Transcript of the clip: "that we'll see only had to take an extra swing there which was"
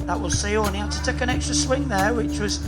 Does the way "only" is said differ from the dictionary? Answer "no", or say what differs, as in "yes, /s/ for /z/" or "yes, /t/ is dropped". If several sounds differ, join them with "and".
yes, /l/ is dropped